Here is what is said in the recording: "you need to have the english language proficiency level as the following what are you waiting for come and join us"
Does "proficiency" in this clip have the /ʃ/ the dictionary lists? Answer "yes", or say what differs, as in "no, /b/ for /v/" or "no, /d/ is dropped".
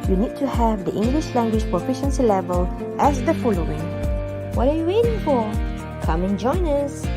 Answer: yes